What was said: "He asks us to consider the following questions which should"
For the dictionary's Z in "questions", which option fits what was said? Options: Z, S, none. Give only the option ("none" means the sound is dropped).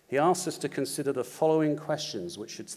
Z